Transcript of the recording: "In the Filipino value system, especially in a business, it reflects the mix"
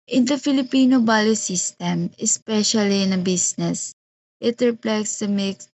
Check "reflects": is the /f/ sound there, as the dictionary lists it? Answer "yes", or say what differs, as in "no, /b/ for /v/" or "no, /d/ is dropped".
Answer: no, /p/ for /f/